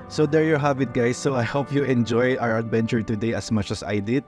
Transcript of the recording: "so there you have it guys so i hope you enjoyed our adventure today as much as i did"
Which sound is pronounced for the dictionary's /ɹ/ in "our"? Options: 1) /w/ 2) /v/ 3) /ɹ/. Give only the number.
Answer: 3